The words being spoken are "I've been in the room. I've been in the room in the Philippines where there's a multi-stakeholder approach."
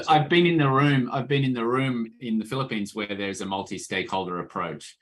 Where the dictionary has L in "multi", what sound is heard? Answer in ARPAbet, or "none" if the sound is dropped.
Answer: L